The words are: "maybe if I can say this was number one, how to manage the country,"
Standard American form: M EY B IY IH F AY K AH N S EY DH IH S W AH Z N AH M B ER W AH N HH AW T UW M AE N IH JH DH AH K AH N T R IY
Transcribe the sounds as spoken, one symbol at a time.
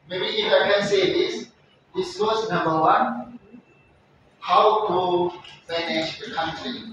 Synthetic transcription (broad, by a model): M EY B IY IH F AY K AH N S EY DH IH S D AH S N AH M B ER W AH N HH AW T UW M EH N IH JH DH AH K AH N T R IY